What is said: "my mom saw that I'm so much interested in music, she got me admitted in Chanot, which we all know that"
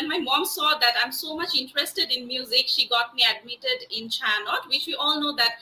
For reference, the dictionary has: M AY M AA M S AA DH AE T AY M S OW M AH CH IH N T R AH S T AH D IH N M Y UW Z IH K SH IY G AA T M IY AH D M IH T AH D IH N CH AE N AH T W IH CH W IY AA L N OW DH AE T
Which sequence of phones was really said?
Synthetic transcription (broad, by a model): M AY M AA M S AA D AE T AY M S OW M AH CH IH N T R AH S T AH D IH N M Y UW Z IH K SH IY G AA T M IY AH D M IH T AH D IH N CH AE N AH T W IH CH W IY AA L N OW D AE T